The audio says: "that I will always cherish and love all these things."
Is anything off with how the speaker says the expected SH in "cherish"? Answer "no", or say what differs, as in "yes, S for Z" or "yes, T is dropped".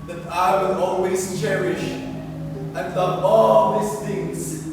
no